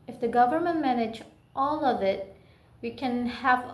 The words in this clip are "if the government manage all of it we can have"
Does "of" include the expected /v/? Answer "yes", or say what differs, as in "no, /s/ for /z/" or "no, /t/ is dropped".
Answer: yes